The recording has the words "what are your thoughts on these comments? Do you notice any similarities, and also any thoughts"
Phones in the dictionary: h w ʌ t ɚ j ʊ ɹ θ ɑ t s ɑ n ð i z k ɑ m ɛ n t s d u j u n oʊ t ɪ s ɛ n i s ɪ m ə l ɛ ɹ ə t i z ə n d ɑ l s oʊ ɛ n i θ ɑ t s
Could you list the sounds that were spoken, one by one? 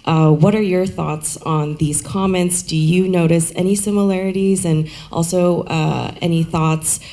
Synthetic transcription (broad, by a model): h w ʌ t ɚ j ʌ ɹ θ ɑ t s n ð i z k ɑ m ɛ n t s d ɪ j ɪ n oʊ t ɪ s ɛ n i s ɪ m ə l ɛ ɹ ə t i z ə n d ɑ l s oʊ ɛ n i θ ɑ t s